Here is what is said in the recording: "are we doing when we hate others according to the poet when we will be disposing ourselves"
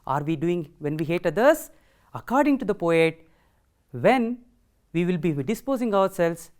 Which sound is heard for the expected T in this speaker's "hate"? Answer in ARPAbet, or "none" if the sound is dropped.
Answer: T